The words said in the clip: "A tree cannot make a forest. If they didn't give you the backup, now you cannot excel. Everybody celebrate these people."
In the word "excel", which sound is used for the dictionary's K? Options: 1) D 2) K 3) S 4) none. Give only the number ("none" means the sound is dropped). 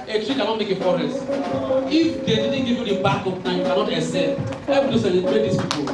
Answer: 4